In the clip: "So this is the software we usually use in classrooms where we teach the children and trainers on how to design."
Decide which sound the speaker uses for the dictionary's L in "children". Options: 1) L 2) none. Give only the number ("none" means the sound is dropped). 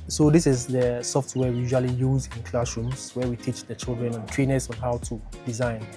1